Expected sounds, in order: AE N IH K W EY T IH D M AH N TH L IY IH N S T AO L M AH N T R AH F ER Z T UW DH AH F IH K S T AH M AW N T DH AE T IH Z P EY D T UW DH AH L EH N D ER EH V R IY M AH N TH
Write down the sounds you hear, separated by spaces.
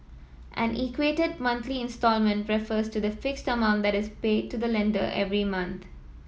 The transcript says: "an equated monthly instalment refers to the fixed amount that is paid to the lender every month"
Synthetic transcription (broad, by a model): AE N IH K W EY T IH D M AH N T L IY IH N S T AO L M AH N T R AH F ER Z T UW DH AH F IH K S T AH M AW N T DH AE T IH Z P EY D T UW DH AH L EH N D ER EH V R IY M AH N T